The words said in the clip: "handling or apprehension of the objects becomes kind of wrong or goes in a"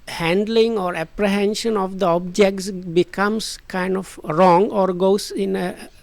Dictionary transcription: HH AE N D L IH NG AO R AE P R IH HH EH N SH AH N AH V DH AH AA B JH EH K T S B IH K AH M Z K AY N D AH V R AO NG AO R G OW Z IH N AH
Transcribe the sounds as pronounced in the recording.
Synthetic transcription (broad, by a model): HH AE N D L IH NG AO R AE P R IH HH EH N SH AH N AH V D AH AA B JH EH K T S B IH K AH M S K AY N D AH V R AO NG AO R G OW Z IH N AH